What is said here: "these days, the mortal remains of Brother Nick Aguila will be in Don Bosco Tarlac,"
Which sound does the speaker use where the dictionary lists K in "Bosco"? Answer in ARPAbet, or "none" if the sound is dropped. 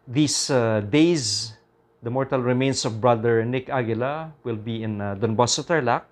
none